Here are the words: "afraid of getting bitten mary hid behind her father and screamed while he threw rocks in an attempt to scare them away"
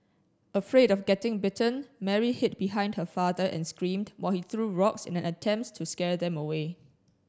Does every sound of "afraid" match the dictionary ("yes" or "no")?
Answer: yes